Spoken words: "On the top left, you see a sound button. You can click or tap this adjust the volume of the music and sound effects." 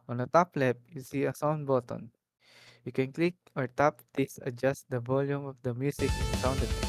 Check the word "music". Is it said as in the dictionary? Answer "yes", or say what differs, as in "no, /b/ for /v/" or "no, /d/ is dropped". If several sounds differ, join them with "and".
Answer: no, /s/ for /z/